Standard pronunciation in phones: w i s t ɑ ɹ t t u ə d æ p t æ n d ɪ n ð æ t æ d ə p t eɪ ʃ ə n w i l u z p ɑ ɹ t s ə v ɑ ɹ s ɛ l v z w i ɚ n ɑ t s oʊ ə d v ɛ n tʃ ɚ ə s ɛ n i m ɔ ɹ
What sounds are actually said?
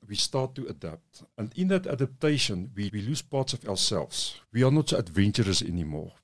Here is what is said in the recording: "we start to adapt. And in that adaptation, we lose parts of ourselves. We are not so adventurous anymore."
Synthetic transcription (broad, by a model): w i s t ɑ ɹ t t u ə d æ p t æ n d ɪ n ð æ t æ d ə p t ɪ ʃ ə n w i l u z p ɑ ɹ t s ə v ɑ w s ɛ l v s w i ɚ n ɑ t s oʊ ə d v ɛ n tʃ ɚ ə s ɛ n i m ɔ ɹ